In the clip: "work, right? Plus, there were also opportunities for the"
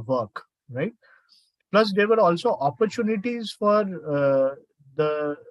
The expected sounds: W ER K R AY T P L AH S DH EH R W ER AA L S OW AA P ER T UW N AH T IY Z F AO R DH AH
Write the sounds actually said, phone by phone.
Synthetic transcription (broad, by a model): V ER K R AY T P L AH S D EH R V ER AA L S OW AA P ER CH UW N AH T IY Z F AO R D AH